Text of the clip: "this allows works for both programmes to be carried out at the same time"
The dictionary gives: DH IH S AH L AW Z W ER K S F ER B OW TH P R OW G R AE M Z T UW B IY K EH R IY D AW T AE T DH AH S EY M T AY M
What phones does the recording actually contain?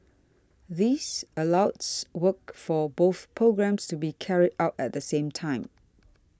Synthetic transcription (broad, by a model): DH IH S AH L AW S W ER K F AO B OW TH P R OW G R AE M S T UW B IY K EH R IY D AW T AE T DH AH S EY M T AY M